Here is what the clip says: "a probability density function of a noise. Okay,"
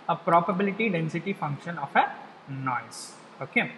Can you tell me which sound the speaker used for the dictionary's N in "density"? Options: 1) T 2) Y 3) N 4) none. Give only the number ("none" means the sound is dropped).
3